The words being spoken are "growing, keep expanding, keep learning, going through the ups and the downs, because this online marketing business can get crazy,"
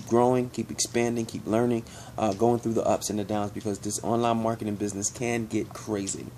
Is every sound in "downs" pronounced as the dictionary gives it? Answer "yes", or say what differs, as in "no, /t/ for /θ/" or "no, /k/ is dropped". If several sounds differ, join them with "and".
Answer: yes